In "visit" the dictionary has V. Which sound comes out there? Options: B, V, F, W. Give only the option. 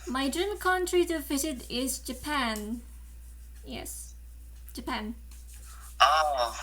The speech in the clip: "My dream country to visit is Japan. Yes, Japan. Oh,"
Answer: F